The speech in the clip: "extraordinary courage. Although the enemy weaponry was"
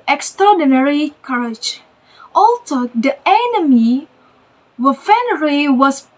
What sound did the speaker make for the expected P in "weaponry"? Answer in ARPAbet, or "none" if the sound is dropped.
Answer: F